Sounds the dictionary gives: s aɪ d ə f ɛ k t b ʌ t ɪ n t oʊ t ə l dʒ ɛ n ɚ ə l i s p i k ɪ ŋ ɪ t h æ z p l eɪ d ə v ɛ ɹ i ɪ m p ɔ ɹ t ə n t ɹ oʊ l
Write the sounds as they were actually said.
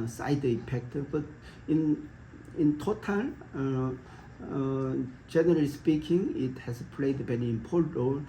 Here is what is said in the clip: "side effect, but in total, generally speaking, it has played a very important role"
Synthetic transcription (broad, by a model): s aɪ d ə p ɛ k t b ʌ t ɪ n t oʊ t ə l dʒ ɛ n ɚ ə l i s p i k ɪ ŋ ɪ t h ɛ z p l eɪ d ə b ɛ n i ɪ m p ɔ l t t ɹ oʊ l